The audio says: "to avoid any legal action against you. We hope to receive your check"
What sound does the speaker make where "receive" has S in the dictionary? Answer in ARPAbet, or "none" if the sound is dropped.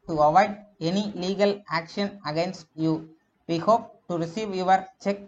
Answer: S